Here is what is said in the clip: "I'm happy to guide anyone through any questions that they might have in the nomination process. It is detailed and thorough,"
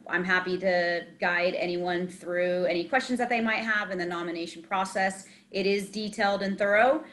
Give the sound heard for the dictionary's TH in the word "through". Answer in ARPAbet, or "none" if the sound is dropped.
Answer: TH